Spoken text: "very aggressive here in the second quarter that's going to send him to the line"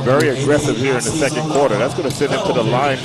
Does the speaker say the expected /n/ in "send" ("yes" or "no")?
no